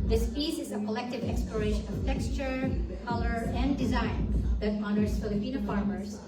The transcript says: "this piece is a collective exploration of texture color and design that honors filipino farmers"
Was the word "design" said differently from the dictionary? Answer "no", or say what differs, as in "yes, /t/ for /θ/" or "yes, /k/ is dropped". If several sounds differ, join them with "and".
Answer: no